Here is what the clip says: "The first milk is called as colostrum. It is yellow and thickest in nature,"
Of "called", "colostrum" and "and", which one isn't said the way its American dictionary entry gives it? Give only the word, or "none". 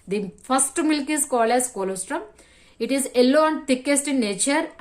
called